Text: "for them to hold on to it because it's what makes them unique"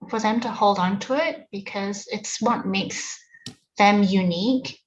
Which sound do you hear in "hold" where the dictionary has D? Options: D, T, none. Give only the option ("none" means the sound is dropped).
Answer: D